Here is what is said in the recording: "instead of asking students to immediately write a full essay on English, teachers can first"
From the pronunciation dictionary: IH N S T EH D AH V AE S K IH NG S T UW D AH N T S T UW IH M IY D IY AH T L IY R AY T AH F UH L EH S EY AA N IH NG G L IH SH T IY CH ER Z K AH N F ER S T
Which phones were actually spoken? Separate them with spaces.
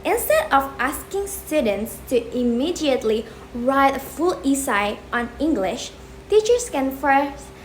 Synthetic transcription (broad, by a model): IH N S T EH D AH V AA S K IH NG S T UW D AH N T S T UW IH M IY D IY AH T L IY R AY T AH F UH L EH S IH AA N IH NG G L IH SH T IY CH ER S K AH N F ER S